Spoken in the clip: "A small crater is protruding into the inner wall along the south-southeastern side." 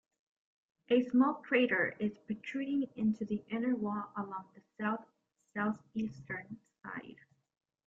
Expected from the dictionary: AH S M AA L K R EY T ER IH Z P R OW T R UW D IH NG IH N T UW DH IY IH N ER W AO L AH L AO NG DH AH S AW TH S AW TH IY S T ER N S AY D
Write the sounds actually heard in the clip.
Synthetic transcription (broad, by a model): AH S M AA L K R EY T ER IH Z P OW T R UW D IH NG IH N T UW DH IY IH N ER W AO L AH L AO NG DH AH S AW TH S AW TH IY S T ER N S AY D